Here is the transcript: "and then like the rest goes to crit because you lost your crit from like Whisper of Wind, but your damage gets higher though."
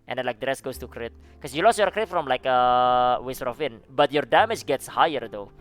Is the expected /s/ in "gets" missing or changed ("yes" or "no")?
no